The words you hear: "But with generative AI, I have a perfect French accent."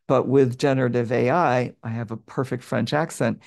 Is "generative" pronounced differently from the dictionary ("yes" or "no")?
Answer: no